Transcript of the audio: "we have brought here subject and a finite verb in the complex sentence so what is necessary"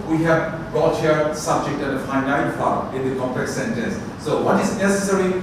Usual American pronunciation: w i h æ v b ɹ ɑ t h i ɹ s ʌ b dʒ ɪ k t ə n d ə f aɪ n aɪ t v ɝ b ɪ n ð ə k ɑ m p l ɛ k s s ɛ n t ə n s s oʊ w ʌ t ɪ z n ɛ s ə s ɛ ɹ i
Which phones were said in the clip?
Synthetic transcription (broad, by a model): w i h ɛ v b ɹ ɑ t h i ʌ s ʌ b dʒ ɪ k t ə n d ə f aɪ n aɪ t f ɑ ɪ n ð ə k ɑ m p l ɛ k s s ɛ n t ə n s s oʊ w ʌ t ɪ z n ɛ s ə s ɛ ɹ i